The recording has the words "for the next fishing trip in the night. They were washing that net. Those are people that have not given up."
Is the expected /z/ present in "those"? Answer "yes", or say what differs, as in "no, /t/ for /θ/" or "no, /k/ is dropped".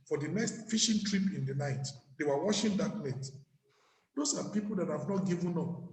no, /s/ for /z/